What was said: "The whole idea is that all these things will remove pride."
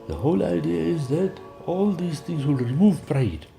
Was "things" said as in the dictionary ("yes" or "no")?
no